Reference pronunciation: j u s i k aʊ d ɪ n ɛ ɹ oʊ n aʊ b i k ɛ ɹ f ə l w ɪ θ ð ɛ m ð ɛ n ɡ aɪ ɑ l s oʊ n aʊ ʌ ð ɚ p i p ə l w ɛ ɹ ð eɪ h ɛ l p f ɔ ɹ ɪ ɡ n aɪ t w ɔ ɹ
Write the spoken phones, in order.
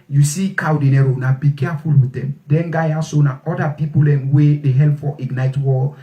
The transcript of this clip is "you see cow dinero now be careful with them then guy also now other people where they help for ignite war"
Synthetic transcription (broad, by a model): j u s i k aʊ d ɪ n ɛ ɹ oʊ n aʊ b i k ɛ f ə l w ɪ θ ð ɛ m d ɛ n ɡ aɪ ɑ s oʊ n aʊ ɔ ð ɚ p i p ə l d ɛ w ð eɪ h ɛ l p f ɔ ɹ ɪ ɡ n aɪ t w ɔ